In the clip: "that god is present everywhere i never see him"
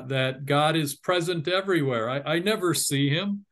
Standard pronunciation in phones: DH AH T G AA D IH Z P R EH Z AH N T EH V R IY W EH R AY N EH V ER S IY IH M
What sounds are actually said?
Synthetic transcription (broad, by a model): DH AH T G AA D IH Z P R EH Z AH N T EH V R IY W EH R AY N EH V ER S IY IH M